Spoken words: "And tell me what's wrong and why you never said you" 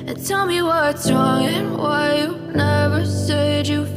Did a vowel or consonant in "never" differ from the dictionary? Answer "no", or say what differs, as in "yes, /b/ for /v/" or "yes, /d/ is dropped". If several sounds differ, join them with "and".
no